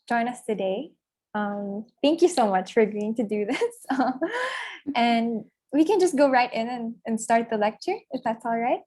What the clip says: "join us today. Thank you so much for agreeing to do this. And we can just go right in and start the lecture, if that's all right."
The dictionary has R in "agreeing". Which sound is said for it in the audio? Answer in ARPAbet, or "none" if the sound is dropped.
none